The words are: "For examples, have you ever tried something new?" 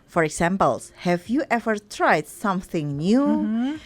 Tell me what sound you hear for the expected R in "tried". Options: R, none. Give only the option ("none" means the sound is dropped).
R